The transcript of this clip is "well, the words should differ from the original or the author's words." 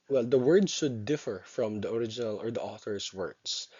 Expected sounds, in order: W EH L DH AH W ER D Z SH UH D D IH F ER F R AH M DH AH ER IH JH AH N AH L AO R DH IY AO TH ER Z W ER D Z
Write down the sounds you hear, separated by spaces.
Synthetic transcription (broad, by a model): W EH L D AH W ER D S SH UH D D IH F ER F R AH M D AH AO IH JH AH N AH L AO R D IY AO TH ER S W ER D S